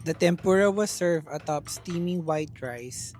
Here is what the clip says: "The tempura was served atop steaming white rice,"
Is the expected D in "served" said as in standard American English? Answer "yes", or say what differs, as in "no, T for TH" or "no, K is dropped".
no, D is dropped